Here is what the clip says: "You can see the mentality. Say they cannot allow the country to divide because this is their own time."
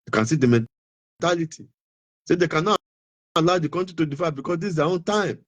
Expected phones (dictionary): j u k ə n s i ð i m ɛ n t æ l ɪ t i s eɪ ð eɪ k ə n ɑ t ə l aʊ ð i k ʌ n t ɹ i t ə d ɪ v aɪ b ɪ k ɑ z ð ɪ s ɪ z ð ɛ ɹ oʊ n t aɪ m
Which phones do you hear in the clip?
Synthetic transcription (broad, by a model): k ə n s i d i m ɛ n t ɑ l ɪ t i s eɪ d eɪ k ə n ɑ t ə l aʊ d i k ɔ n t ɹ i t ə d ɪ f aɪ b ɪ k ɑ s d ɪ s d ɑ oʊ n t aɪ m